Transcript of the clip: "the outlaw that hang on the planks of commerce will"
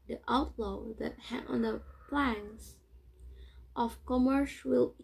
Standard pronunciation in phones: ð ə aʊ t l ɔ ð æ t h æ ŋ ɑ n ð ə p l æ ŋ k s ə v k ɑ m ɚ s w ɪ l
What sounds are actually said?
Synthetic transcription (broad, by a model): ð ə aʊ t l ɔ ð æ t h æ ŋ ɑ n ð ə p l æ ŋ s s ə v k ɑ m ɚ ʃ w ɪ l